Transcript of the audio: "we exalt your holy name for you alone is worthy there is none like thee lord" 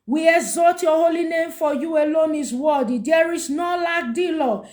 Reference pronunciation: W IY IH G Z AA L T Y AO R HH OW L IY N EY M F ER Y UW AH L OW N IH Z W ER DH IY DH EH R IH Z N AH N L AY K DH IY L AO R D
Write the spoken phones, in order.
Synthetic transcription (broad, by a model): W IY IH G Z AA T Y AO HH OW L IY N EY M F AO Y UW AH L OW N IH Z W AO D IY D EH R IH S N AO L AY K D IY L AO